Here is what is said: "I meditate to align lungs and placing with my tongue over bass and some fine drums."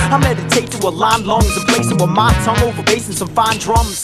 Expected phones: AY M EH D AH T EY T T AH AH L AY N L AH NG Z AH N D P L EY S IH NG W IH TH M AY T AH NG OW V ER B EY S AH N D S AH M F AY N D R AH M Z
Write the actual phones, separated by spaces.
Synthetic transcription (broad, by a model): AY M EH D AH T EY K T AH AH L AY N L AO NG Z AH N P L EY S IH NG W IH M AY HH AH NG OW V ER B EY S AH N S AH M F AY N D R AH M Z